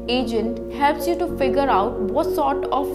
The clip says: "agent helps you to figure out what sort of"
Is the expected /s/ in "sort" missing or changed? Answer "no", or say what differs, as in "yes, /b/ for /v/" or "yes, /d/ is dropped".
no